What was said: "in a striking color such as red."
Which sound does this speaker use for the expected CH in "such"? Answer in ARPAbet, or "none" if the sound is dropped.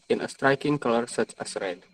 CH